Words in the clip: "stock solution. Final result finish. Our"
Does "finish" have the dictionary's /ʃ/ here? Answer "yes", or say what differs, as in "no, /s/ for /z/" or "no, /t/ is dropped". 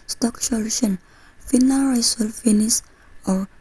no, /s/ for /ʃ/